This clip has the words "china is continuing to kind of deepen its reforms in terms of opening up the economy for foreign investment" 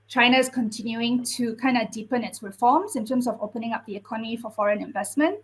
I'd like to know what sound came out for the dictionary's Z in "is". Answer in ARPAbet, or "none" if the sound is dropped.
S